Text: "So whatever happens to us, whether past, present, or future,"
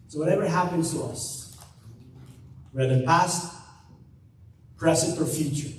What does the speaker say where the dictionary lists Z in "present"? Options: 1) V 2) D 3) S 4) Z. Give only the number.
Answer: 3